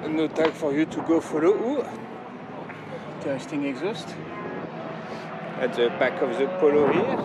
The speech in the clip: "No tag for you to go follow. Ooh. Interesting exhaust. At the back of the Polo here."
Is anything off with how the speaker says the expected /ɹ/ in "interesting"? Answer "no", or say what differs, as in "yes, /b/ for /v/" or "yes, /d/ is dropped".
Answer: yes, /ɹ/ is dropped